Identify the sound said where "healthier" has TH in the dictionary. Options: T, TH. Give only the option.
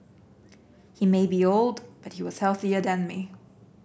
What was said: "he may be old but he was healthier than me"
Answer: TH